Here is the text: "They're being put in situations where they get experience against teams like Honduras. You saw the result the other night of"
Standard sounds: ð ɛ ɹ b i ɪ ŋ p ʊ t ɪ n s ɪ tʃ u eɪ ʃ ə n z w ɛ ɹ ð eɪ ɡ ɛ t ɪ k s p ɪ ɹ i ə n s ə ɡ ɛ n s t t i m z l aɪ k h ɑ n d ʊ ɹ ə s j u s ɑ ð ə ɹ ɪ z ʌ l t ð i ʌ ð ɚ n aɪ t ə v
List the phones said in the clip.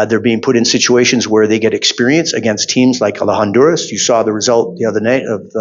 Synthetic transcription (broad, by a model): ð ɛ ɹ b i ɪ ŋ p ʊ t ɪ n s ɪ tʃ u eɪ ʃ ə n z w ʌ ɹ ð eɪ ɡ ɛ t ɪ k s p ɪ ɹ i ə n s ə ɡ ɛ n s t t i m z l aɪ k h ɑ n d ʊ ɹ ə s j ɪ s ɑ ð ə ɹ ɪ z ʌ l t ð i ʌ ð ɚ n aɪ t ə v